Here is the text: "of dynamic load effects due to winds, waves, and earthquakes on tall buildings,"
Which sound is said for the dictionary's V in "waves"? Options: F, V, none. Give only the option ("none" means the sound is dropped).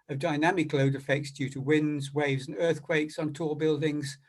V